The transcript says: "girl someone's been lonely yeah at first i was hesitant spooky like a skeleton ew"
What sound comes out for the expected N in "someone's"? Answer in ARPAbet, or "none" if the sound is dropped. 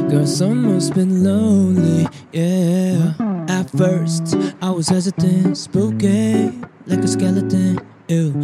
none